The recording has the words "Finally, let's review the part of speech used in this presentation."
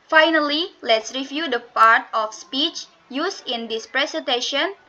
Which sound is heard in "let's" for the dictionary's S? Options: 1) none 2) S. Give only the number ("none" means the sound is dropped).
2